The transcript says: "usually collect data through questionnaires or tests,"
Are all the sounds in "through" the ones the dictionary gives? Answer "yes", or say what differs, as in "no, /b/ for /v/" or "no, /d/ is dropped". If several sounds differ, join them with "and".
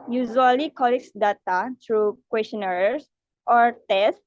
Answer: no, /t/ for /θ/